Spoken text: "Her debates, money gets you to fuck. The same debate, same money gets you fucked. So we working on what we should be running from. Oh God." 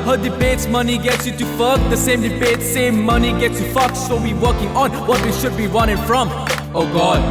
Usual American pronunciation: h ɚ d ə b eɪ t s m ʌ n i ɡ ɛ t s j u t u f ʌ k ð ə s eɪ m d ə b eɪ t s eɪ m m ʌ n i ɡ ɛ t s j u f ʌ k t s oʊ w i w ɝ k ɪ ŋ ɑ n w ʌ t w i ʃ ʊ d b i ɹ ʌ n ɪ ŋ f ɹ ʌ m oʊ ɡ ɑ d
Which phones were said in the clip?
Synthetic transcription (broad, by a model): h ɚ d ə b eɪ t s m ʌ n i ɡ ɛ t s j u t u f ʌ k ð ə s eɪ m d ə b eɪ t s eɪ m m ʌ n i ɡ ɛ t s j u f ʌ k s s oʊ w i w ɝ k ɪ ŋ ɑ n w ʌ t w i ʃ ʊ d b i w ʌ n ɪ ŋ f ɹ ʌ m oʊ ɡ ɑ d